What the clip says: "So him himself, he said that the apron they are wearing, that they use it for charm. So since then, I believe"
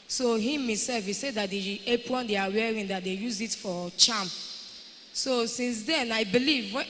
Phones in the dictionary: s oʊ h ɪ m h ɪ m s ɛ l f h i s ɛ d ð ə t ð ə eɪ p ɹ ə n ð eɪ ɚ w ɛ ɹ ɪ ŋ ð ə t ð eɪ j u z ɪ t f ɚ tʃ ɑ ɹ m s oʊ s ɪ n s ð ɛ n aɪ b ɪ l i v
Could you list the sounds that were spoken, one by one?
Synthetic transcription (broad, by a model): s oʊ h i m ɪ s ɛ l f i s ɛ d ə t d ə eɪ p w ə n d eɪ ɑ w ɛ ɹ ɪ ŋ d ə t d eɪ j u z ɪ t f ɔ tʃ ɑ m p s oʊ s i n s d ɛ n aɪ b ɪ l i v